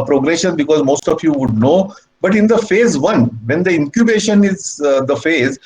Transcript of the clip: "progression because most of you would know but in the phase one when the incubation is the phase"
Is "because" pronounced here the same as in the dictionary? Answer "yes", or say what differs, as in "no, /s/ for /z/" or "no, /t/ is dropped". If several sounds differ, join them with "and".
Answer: yes